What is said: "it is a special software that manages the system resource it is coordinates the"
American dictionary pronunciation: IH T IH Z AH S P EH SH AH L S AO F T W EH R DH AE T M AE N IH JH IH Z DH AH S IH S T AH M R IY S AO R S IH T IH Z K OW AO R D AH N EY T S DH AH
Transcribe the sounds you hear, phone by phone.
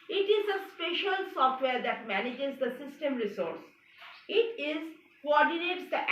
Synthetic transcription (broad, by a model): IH T IH Z AH S P EH SH AH L S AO F T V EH R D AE T M AE N IH JH IH Z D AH S IH S T AH M R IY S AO R S IH T IH Z K OW AO R D AH N EY T S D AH